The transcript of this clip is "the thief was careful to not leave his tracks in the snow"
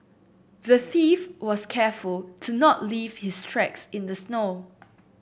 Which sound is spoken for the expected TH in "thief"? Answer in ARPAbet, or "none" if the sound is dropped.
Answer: TH